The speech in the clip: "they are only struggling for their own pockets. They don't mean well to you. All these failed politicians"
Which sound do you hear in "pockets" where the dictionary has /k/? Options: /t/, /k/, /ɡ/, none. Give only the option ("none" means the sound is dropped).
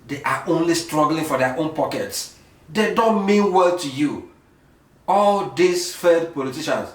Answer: /k/